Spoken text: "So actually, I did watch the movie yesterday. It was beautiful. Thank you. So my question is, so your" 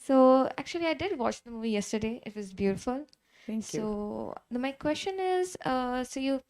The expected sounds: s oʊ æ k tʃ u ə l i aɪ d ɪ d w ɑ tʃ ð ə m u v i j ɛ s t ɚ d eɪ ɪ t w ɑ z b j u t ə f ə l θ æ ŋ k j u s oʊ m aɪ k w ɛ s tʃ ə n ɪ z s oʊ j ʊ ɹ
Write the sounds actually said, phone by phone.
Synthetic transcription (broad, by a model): s oʊ æ k tʃ u ə l i aɪ d ɪ d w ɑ tʃ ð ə m u v i j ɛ s t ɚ d eɪ ɪ t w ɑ z b j u t ə f ə l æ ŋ s oʊ m aɪ k w ɛ s tʃ ə n ɪ z s oʊ j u